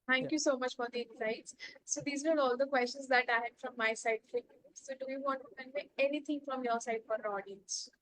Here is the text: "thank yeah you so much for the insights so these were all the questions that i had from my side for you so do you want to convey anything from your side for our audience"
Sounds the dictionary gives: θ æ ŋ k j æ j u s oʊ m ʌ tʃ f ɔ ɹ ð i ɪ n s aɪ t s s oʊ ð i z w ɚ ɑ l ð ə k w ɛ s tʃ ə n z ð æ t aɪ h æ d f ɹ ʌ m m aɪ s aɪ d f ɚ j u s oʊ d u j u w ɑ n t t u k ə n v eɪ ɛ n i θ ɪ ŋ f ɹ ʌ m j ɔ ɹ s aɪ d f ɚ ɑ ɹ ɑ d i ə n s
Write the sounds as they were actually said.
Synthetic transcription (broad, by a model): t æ ŋ k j j u s oʊ m ʌ tʃ f ɔ ɹ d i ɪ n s aɪ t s s oʊ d i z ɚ ɑ l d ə k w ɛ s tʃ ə n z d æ t aɪ h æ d f ɹ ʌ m m aɪ s aɪ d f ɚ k s oʊ d u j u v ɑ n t t u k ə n eɪ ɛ n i t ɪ ŋ f ɹ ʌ m j ɔ ɹ s aɪ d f ɑ ɹ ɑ d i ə n s